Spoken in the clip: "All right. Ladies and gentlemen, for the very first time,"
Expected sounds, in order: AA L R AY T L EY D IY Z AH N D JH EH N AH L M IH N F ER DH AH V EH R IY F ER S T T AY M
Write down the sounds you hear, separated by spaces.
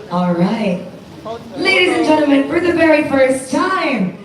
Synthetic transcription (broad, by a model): AA L R AY T L EY D IY Z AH N JH EH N L M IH N F ER DH AH V EH R IY F ER S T T AY M